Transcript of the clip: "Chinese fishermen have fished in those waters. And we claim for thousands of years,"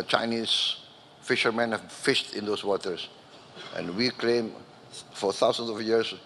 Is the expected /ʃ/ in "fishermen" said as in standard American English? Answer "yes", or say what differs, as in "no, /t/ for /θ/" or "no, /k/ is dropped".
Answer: yes